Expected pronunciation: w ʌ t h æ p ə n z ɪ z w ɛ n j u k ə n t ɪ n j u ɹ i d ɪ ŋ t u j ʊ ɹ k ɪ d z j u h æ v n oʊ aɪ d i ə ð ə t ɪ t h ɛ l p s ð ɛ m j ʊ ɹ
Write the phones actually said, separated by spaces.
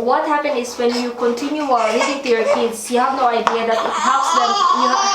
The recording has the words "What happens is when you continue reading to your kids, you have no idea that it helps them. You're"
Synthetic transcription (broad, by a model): w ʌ t h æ p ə n ɪ s w ɛ n j u k ə n t ɪ n j u w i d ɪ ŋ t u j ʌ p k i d s j u h æ v n oʊ aɪ d i ə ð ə t ɪ t h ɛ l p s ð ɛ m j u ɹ